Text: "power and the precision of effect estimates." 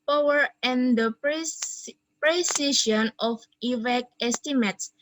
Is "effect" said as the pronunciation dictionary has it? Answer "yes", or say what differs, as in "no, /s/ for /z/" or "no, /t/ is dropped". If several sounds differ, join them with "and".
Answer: no, /t/ is dropped